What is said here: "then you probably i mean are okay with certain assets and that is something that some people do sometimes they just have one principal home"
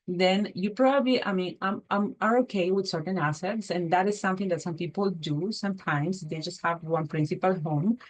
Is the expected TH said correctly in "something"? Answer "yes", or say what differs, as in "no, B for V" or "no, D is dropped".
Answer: no, T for TH